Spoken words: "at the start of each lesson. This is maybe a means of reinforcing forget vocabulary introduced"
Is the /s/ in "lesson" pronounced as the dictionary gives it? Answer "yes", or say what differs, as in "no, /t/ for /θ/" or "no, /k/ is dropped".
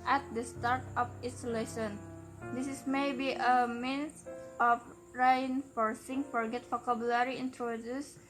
no, /ʃ/ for /s/